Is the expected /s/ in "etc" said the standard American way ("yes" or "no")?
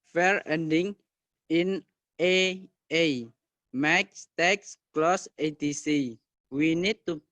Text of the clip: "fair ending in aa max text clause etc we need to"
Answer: no